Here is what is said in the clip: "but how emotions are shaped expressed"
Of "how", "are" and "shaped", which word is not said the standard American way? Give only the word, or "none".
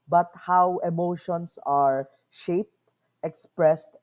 none